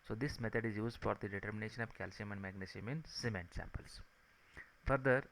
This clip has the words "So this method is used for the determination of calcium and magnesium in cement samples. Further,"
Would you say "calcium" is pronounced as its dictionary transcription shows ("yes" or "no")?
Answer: yes